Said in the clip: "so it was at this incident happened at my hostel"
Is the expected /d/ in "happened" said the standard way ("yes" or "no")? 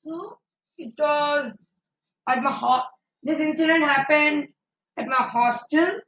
yes